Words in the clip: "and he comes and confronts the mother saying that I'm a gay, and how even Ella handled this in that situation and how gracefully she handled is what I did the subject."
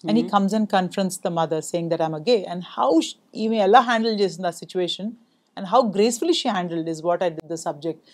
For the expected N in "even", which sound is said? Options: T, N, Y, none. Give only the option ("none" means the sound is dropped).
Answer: none